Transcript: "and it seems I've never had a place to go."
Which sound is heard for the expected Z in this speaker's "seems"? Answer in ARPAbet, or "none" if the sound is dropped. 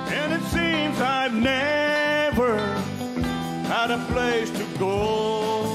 Z